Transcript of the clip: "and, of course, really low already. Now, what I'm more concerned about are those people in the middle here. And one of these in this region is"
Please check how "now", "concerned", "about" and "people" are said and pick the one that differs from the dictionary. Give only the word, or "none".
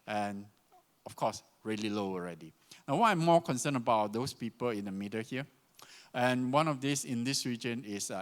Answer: concerned